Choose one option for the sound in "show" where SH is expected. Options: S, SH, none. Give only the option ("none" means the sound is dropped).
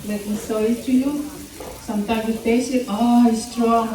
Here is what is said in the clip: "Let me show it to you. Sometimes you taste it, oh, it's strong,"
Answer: S